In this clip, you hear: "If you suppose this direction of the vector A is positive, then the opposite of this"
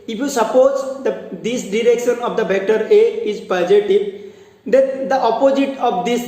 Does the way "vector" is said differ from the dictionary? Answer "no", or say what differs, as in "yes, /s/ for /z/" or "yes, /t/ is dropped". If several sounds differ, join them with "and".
yes, /b/ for /v/